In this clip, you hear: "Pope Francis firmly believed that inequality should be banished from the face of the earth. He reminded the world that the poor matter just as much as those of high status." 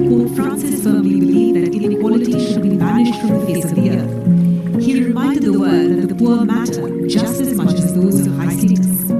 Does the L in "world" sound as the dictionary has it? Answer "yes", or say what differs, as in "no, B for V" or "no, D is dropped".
no, L is dropped